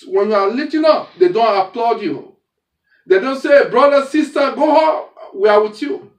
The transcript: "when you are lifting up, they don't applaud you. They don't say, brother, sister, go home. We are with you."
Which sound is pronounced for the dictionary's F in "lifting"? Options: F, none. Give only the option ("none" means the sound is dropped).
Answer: none